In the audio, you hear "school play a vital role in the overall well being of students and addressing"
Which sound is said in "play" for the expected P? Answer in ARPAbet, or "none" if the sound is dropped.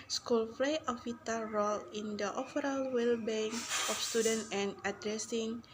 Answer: F